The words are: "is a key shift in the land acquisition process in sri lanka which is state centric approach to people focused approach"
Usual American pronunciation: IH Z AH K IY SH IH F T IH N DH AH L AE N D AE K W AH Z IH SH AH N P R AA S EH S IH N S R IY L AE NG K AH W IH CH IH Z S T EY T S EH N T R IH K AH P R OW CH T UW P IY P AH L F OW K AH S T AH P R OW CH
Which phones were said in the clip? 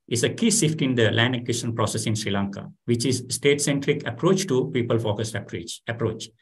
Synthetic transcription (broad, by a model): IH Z AH K IY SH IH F T IH N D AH L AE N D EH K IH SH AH N P R AA S EH S IH N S R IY L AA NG K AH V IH CH IH Z S T EY T S EH N T R IH K AH P R OW CH T UW P IY P AH L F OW K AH S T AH P R OW CH